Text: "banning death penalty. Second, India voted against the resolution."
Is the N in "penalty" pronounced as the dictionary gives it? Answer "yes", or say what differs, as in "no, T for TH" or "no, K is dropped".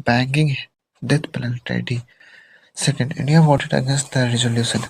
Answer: no, L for N